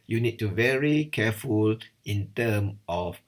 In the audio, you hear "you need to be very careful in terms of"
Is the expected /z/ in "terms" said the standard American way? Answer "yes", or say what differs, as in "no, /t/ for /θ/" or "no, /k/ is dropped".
no, /z/ is dropped